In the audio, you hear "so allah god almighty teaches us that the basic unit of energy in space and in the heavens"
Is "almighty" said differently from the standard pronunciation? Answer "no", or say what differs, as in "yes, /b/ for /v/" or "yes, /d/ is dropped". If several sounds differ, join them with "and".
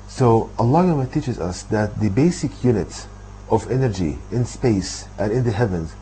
yes, /l/ is dropped